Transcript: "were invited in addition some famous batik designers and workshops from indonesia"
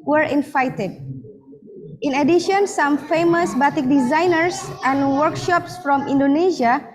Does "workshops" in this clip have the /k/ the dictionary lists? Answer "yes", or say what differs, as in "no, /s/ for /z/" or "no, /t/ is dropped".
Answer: yes